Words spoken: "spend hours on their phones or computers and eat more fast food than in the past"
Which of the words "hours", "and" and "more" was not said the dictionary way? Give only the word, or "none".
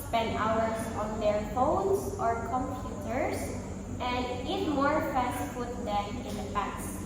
hours